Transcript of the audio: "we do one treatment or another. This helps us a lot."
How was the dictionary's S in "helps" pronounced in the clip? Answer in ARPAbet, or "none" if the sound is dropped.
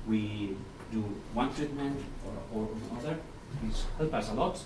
none